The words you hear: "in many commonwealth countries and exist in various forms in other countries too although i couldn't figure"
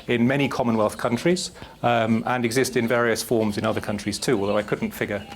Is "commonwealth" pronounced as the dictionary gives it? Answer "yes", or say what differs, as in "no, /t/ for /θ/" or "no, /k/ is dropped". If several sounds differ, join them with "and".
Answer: yes